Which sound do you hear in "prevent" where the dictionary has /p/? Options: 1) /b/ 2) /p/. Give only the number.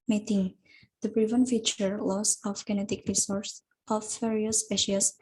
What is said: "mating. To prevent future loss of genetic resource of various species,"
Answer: 1